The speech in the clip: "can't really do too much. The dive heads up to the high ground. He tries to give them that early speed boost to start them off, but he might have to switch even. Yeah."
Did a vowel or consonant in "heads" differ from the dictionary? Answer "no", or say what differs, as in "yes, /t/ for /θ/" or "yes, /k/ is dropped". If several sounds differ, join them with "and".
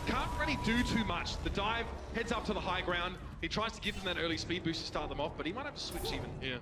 no